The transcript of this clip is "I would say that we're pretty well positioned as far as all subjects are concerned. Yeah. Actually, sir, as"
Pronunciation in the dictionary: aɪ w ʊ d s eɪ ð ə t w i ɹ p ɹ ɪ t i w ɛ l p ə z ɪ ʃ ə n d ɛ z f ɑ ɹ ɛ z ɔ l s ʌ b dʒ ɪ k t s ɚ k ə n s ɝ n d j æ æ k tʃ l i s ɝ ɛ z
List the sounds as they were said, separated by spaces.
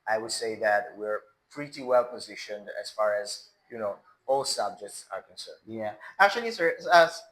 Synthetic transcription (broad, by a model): aɪ w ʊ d s eɪ ð ə t w i ɹ p ɹ ɪ t i w ɛ l p ə z ɪ ʃ ə n d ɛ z f ɑ ɹ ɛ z ɔ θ s ʌ b dʒ ɪ k t s ɚ k ə n s ɝ n d j æ æ k tʃ l i s ɝ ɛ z